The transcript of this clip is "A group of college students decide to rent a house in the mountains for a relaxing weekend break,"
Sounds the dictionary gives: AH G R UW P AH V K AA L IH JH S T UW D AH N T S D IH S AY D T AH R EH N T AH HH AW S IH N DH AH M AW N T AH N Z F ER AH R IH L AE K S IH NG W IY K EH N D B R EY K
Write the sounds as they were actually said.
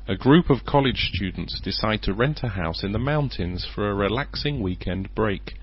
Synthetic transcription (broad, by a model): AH G R UW P AH V K AA L IH JH S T UW D N T S D IH S AY D T AH R EH N T AH HH AW S IH N DH AH M AW N T AH N Z F ER AH R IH L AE K S IH NG W IY K EH N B R EY K